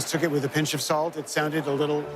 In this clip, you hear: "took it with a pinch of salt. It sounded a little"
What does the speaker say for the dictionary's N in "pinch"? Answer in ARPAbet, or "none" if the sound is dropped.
N